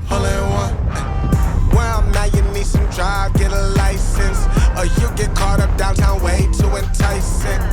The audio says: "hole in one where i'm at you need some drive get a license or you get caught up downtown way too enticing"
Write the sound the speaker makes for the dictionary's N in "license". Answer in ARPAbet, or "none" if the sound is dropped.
N